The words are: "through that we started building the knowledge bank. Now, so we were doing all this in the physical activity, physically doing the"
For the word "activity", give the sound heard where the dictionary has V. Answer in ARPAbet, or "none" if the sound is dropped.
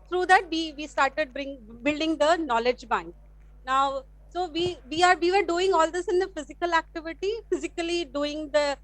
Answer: V